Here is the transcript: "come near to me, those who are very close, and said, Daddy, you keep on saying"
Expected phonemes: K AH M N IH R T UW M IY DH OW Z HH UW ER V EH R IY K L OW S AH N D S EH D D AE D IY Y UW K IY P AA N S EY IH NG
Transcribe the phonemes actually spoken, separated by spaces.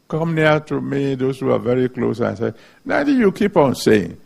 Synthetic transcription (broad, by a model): K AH M N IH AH T UW M IY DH OW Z HH UW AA V EH R IY K L OW S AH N S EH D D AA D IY Y UW K IY P AA N S EY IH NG